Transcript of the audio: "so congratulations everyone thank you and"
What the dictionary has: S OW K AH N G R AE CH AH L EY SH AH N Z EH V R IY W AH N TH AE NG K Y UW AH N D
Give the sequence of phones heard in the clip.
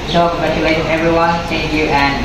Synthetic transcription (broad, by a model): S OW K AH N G R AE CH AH L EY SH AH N EH V R IY W AH N S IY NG Y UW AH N